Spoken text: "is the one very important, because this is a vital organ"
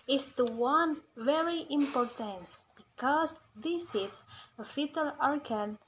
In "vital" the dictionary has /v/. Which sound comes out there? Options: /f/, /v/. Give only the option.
/f/